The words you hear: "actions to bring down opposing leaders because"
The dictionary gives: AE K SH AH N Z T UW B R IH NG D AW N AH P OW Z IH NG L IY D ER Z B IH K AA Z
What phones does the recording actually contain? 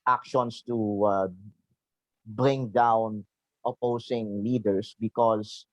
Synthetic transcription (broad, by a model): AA K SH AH N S T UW B R IH NG D AW N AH P OW S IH NG L IY D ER S B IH K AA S